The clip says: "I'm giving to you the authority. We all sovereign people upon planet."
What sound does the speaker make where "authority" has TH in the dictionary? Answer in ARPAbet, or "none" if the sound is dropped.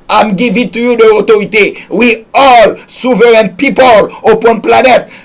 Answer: T